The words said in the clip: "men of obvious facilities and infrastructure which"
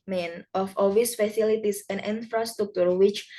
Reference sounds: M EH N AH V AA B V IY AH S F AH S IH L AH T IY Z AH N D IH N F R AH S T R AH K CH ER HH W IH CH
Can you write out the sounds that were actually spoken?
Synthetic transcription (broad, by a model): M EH N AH F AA V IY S F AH S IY L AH T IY S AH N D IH N F R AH S T R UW K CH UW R W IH CH